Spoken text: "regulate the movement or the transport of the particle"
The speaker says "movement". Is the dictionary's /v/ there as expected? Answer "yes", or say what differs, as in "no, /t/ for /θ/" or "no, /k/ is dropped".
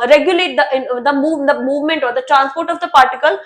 yes